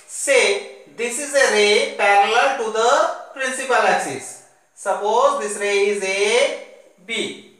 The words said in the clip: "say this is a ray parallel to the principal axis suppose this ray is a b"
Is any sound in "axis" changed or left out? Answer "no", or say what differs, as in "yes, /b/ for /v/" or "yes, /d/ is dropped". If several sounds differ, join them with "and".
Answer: yes, /k/ is dropped